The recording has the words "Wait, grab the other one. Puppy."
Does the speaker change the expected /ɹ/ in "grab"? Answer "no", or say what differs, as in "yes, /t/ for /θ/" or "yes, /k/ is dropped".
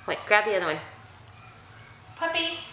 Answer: no